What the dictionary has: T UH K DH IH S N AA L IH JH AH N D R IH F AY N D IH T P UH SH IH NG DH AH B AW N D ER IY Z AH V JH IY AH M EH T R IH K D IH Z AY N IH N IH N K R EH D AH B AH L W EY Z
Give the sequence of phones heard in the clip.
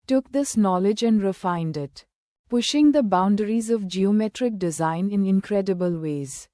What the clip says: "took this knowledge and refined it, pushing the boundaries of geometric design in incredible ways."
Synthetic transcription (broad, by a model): T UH K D IH S N AA L IH JH AH N D R IH F AY N D IH T P UH SH IH NG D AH B AW N D ER IY Z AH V JH IY AH M EH T R IH K D IH Z AY N IH N IH N K R EH D AH B AH L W EY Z